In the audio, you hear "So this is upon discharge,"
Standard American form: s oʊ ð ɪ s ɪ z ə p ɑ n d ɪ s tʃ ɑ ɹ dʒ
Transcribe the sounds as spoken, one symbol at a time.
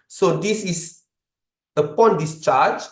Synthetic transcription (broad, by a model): s oʊ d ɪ s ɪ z ə p ɑ n d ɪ s tʃ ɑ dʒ